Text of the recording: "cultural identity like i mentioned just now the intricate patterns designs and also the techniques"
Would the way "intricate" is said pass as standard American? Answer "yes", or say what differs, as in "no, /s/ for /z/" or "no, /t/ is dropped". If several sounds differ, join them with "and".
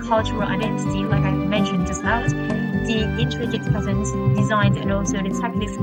no, /n/ is dropped